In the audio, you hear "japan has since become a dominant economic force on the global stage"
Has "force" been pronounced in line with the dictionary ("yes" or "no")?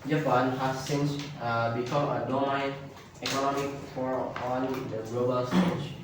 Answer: no